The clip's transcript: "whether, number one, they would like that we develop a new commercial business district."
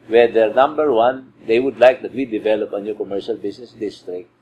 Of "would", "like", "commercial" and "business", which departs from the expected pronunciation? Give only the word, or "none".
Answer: business